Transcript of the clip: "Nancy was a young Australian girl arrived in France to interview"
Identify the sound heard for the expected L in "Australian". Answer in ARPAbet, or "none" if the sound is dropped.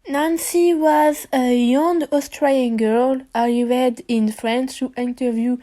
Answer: none